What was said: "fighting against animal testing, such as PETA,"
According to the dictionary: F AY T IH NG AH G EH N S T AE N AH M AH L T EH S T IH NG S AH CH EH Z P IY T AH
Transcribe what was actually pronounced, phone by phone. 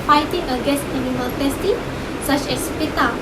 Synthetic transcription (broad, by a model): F AY T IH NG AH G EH S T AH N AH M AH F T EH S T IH S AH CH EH S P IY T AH